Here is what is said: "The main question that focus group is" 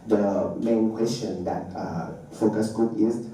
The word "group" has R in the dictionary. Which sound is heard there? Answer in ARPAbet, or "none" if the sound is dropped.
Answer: none